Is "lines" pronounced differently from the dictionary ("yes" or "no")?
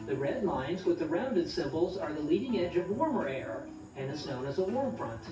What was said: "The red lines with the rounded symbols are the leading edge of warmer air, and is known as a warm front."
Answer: no